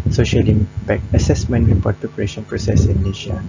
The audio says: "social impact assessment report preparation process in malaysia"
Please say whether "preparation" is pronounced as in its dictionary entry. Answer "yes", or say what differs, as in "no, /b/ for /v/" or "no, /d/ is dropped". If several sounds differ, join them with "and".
no, /ɹ/ is dropped